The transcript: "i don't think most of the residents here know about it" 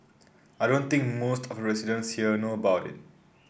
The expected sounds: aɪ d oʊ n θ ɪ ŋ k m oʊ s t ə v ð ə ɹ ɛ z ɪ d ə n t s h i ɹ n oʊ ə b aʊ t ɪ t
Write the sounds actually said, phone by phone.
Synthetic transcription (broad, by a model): aɪ d oʊ n t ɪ ŋ k m oʊ s t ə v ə ɹ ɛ s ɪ d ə n s h i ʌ n oʊ ə b aʊ t ɪ t